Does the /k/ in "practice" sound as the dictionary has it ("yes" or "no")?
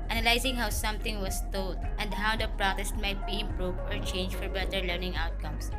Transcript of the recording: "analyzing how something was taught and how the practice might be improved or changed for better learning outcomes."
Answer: no